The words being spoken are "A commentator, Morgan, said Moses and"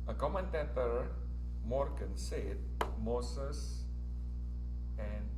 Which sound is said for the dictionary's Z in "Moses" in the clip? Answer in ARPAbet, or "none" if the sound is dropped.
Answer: S